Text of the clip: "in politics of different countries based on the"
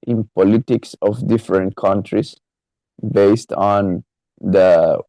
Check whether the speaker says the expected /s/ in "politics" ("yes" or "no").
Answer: yes